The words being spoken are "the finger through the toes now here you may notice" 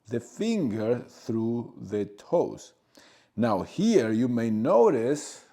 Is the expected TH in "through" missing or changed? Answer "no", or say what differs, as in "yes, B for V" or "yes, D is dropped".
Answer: no